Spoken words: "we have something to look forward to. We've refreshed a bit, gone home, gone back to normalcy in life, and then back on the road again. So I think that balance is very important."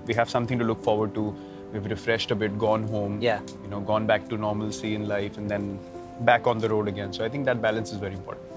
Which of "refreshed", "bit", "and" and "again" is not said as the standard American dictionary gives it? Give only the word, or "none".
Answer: none